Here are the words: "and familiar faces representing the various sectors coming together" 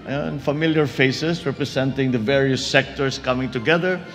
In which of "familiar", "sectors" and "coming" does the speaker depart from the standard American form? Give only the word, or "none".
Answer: sectors